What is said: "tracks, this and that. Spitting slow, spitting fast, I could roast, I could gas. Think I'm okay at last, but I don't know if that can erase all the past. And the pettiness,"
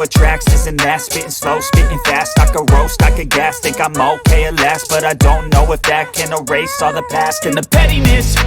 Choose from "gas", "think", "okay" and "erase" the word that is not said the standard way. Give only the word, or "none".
think